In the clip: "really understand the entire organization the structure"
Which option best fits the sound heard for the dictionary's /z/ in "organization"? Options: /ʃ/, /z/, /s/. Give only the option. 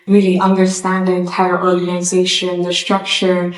/z/